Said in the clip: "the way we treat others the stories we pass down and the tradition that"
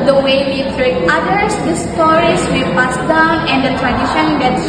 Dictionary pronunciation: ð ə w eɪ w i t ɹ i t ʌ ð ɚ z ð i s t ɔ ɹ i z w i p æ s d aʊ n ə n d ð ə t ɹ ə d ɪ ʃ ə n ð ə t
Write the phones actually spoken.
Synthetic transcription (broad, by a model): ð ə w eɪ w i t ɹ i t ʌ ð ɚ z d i s t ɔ ɹ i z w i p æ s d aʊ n ə n d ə t ɹ ə d ɪ ʃ ə n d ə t